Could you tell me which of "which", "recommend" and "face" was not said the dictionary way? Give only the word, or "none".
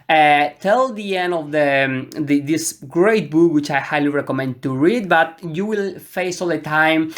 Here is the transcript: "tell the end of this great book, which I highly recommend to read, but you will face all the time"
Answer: none